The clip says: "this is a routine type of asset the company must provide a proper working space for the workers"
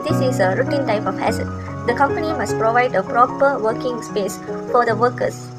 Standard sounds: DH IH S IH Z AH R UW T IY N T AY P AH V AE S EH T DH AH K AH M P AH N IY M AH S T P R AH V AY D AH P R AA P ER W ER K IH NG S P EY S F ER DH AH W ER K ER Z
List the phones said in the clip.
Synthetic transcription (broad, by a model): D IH S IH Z AH R UW T IY N T AY P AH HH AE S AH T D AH K AH M P AH N IY M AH S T P R AH V AY D AH P R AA P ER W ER K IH NG S P EY S F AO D AH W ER K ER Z